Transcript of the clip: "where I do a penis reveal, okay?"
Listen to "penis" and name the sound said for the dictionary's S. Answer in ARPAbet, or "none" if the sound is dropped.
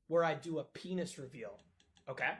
S